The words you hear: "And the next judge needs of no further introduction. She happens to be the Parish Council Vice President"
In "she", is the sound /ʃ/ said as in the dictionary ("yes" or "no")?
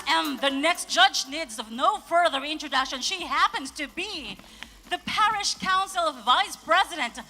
yes